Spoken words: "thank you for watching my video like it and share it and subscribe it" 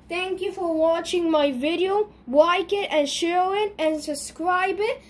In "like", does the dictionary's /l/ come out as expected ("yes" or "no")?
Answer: no